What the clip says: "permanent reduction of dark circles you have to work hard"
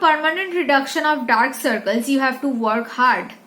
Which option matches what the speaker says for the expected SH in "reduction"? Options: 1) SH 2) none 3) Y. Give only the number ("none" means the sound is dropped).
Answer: 1